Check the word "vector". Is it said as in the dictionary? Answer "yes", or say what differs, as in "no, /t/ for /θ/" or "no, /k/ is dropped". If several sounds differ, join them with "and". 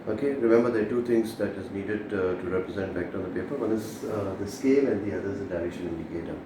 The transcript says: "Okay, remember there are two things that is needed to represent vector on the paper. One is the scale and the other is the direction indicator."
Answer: no, /b/ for /v/